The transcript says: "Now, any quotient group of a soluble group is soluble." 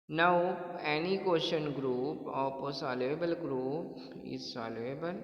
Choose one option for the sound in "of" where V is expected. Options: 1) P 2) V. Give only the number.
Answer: 1